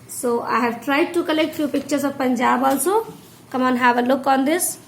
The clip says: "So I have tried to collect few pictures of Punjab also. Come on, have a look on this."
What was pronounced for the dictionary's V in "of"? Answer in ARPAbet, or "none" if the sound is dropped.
B